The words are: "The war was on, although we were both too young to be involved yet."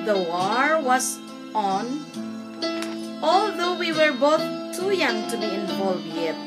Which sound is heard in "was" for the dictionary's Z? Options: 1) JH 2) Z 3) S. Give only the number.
3